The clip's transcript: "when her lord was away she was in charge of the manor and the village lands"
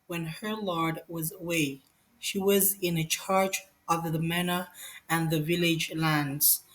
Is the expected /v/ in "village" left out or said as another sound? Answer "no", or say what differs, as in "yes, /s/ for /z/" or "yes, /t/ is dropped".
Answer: no